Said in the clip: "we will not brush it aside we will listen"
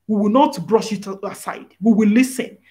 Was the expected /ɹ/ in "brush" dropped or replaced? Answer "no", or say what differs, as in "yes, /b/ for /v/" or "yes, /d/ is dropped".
no